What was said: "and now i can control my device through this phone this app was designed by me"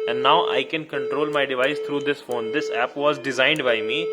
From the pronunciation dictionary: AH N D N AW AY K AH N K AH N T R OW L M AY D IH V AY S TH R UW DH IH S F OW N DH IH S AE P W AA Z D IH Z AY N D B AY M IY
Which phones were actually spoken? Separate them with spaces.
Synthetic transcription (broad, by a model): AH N D N AW AY K AH N K AH N T R OW L M AY D IH V AY S T R UW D IH S F OW N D IH S AE P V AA Z D IH Z AY N D B AY M IY